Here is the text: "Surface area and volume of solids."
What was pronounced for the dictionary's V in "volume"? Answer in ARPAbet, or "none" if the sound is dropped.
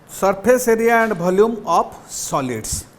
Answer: B